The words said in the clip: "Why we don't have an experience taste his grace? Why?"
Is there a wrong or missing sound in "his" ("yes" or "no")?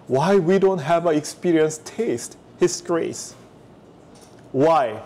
yes